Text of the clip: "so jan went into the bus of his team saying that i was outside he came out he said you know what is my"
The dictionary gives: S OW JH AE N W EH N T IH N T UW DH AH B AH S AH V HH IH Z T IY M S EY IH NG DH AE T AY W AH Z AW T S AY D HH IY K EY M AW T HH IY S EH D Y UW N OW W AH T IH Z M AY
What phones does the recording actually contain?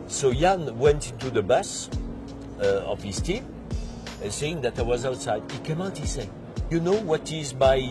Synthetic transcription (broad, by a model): S OW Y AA N W EH N T IH N T UW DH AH B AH S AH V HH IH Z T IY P S EY IH NG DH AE T AY W AH Z AW T S AY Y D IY K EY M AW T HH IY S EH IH Y UW N OW W AH T IH Z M AY